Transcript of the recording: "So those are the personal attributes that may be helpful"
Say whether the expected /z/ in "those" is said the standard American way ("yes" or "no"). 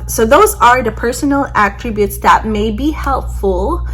yes